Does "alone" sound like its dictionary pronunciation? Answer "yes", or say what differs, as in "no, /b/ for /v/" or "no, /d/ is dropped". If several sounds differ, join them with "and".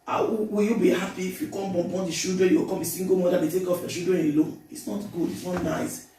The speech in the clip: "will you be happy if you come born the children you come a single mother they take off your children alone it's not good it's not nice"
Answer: no, /n/ is dropped